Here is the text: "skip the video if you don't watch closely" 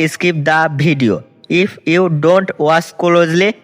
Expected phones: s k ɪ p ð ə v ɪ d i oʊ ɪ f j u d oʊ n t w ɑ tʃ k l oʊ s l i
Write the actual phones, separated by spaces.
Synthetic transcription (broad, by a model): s k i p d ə b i d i oʊ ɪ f j u d oʊ n t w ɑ s k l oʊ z l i